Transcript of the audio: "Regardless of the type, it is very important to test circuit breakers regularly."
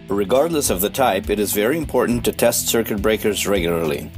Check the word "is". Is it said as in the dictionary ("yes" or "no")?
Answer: yes